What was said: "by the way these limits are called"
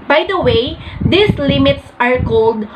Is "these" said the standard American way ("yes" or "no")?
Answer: no